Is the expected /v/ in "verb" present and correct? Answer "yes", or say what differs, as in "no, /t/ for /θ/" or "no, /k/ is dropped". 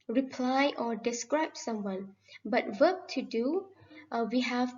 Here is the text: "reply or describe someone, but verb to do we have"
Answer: no, /w/ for /v/